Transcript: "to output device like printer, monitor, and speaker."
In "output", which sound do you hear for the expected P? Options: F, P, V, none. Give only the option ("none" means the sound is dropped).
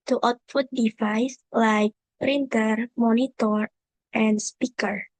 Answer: F